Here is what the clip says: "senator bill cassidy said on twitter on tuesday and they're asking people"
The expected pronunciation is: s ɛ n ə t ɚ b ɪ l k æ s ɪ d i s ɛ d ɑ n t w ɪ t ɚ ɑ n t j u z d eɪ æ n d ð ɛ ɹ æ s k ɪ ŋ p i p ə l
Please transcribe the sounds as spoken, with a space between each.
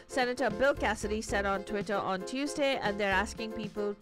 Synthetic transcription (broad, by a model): s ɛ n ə t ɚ b ɪ l k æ s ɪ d i s ɛ d ɑ n t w ɪ t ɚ ɑ n t j u z d eɪ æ n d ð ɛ ɹ æ s k ɪ ŋ p i p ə l